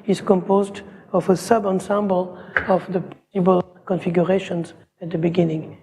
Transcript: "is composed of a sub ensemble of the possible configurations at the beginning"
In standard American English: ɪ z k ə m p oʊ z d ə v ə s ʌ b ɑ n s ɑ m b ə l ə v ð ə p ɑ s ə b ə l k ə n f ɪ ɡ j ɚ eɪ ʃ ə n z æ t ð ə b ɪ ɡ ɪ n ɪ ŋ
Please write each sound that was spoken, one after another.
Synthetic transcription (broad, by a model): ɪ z k ə m p oʊ z d ə v ə s ʌ b ɑ n s ɑ m b ə l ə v ð ə p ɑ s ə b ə l k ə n f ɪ ɡ j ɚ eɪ ʃ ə n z æ t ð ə b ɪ ɡ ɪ n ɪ ŋ